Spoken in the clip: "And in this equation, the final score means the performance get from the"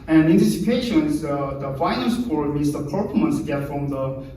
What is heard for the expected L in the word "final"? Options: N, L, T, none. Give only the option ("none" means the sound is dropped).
N